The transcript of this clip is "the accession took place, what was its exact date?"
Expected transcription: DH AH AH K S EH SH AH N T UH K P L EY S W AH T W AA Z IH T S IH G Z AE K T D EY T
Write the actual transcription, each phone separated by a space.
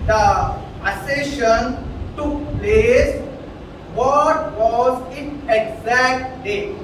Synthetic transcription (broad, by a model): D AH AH S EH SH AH N T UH K P L EY S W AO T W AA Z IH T IH G Z AE K T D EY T